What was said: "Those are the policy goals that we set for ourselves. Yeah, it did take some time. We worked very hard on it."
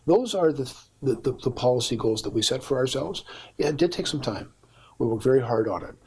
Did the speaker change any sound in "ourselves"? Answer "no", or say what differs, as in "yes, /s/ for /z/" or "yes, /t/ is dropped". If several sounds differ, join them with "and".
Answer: no